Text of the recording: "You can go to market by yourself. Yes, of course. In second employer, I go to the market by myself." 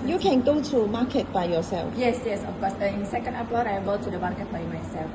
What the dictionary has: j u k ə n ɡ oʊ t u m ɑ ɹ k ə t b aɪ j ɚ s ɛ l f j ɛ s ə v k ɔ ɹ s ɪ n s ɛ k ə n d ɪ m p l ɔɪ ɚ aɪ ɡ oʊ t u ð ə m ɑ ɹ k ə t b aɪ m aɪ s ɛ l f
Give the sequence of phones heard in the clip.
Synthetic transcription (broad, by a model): j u k ə n ɡ oʊ t u m ɑ k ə t b aɪ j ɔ s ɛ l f j ɛ s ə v k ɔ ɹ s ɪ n s ɛ k ə n d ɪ p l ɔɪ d aɪ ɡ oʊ t u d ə m ɑ ɹ k ə t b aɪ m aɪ s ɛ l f